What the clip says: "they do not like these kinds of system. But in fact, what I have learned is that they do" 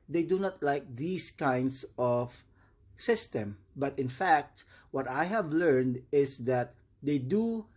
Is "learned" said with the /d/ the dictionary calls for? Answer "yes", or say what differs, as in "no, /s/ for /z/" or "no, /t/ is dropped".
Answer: yes